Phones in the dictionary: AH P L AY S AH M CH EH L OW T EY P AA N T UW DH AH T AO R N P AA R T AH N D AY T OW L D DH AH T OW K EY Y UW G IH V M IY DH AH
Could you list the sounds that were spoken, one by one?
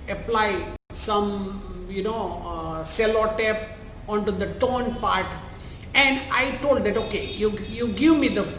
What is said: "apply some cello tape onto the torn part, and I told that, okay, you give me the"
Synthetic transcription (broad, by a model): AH P L AY S AH M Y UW N OW S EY P AA N T UW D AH T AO N P AA R T AH N D AY T OW L D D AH T OW K EY Y UW G IH V M IY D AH